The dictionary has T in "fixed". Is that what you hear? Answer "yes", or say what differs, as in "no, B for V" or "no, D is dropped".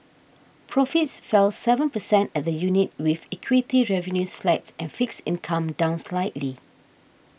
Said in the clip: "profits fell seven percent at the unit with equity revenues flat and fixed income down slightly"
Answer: no, T is dropped